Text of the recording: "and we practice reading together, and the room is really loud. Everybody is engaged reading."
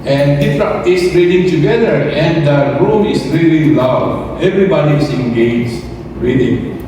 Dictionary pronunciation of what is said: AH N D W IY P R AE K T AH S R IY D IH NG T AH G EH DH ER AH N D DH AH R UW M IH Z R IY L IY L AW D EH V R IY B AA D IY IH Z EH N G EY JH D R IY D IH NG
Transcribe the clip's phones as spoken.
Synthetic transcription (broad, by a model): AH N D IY F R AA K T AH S R IY D IH NG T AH G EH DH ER AH N D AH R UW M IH S R IY L IY L AW D EH V R IY B AA D IY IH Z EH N G EY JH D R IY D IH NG